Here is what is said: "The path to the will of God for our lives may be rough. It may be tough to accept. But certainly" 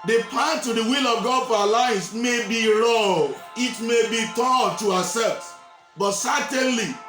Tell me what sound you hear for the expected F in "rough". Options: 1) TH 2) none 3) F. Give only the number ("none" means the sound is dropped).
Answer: 2